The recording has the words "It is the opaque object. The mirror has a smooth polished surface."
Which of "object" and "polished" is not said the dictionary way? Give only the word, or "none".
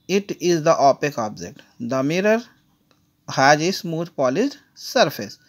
polished